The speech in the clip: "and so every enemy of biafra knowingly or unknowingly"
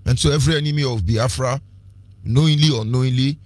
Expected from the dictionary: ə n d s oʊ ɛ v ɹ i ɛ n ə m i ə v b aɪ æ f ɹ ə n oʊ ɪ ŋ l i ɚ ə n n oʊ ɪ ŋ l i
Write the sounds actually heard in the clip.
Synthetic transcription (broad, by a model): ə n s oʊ ɛ v ɹ i ɛ n ə m i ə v b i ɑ f ɹ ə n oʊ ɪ l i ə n n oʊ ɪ l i